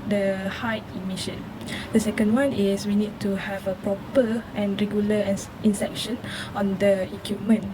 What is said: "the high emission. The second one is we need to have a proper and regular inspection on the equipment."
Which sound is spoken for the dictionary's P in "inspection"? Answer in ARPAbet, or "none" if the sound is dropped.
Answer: none